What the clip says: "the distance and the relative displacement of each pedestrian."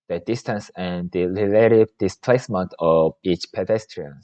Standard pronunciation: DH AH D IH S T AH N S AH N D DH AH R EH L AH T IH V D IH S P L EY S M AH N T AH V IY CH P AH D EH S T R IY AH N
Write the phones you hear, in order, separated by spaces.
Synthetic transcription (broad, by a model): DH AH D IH S T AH N S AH N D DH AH L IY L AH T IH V D IH S P L EY S M AH N T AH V IY CH P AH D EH S T R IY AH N